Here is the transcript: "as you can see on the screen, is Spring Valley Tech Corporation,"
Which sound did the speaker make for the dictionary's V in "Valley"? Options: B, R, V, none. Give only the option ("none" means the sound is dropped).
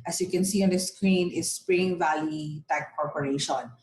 V